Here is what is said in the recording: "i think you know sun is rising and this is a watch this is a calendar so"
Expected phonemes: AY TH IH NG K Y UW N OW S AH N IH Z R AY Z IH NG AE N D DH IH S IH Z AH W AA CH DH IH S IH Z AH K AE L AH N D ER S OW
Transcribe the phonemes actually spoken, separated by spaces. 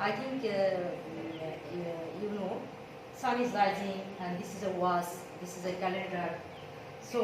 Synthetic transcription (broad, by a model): AY T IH NG K Y UW N OW S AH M IH Z L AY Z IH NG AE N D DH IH S IH Z AH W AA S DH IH S IH Z AH K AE L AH N D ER S OW